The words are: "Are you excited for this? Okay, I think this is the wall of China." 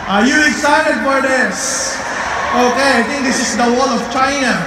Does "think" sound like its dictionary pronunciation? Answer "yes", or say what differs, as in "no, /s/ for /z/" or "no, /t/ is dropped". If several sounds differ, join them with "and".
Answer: no, /t/ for /θ/